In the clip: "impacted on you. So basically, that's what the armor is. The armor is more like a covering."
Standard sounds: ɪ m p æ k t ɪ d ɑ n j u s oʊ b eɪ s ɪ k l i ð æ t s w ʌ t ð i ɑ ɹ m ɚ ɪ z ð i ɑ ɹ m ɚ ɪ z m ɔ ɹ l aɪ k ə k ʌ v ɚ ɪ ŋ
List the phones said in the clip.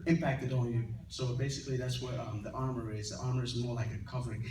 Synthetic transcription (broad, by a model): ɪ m p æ k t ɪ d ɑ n j u s oʊ b eɪ s ɪ k l i ð æ t s w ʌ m ð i ɑ ɹ m ɚ ɪ z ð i ɑ ɹ m ɚ ɪ z m ɔ ɹ l aɪ k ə k ʌ v ɚ ɪ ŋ